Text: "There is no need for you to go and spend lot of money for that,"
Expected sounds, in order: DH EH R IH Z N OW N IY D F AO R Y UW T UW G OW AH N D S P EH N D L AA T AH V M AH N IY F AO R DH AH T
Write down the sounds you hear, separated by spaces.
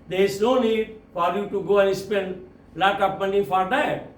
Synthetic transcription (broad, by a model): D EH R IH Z N OW N IY D F AO R Y UW T UW G OW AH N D S P EH N D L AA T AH P M AH N IY F AO R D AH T